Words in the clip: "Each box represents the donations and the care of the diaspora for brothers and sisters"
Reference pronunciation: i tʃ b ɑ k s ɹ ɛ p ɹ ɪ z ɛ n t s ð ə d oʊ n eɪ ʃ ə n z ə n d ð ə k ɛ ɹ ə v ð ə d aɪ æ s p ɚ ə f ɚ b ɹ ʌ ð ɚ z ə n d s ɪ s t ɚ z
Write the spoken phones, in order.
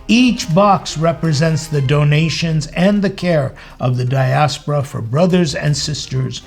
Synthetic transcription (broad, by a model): i tʃ b ɑ k s ɹ ɛ p ɹ ɪ z ɛ n t s ð ə d oʊ n eɪ ʃ ə n z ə n ð ə k ɛ ɹ ə v ð ə d aɪ æ s p ɚ ə f ɚ b ɹ ʌ ð ɚ z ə n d s ɪ s t ɚ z